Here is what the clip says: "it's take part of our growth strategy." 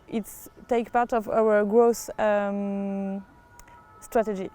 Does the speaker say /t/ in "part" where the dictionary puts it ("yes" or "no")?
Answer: yes